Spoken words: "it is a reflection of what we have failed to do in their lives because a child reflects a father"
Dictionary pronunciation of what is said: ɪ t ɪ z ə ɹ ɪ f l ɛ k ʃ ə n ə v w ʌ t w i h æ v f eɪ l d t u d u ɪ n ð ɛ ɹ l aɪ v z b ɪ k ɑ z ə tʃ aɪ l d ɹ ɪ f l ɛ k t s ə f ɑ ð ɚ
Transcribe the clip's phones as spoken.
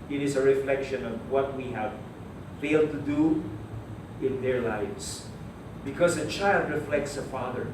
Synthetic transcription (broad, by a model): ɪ t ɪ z ə ɹ ɪ f l ɛ k ʃ ə n ə v w ʌ t w i h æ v f eɪ l d t u d u ɪ n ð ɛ ɹ l aɪ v s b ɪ k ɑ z ə tʃ aɪ l d ɹ ɪ f l ɛ k t s ə f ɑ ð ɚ